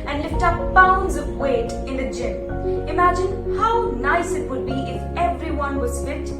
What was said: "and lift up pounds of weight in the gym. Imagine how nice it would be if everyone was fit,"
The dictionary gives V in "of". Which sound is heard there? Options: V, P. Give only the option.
V